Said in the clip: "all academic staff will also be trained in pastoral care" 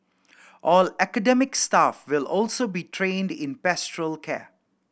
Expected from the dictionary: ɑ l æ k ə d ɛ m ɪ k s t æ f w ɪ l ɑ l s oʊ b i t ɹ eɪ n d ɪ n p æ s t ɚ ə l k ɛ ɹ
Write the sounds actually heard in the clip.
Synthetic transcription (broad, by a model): ɑ l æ k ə d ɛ m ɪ k s t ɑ f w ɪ l ɑ l s oʊ b i t ɹ eɪ n d ɪ n p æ s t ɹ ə l k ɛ